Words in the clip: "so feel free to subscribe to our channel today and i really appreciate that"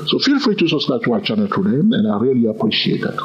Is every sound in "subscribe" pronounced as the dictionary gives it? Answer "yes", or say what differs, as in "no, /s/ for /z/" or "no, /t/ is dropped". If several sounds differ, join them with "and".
no, /b/ is dropped and /ɹ/ is dropped